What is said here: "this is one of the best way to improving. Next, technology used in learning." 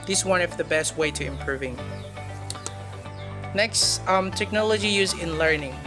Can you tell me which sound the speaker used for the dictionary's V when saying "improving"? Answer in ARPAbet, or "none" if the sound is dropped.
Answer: V